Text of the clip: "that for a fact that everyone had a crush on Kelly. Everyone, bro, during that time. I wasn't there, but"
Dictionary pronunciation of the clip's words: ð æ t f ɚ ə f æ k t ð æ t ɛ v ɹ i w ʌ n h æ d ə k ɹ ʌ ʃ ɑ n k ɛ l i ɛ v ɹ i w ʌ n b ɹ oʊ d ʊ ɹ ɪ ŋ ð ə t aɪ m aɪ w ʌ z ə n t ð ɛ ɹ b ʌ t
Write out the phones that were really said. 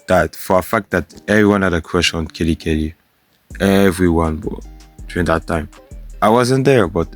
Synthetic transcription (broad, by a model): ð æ t f ɚ ə f æ k t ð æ t ɛ v ɹ i w ʌ n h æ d ə k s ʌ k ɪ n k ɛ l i ɛ v ɹ i w ʌ n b oʊ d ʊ ɹ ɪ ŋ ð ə t aɪ m aɪ w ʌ z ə n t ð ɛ ɹ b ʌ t